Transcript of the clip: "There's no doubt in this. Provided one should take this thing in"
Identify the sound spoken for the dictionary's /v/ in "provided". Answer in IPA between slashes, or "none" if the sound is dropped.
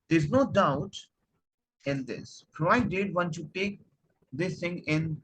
none